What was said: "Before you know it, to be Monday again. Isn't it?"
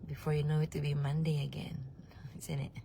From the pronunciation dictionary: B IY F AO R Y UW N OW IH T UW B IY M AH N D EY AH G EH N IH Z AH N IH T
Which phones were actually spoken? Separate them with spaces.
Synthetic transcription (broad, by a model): B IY F AO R Y UW N OW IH T UW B IY M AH N D EY AH G EH N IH S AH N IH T